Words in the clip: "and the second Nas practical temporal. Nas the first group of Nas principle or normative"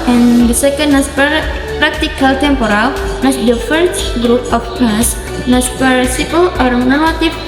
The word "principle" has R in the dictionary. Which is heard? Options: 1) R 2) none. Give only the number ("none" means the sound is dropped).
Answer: 2